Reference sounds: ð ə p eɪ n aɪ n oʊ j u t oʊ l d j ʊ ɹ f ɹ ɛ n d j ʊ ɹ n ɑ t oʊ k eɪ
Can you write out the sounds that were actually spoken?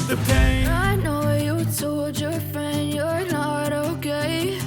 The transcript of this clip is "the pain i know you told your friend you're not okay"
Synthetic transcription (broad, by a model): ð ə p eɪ aɪ n oʊ j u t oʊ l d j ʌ ɹ f ɹ ɛ n d j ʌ ɹ n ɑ t oʊ k eɪ